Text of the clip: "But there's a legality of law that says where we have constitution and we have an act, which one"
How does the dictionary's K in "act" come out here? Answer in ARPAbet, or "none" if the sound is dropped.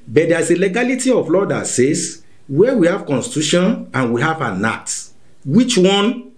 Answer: none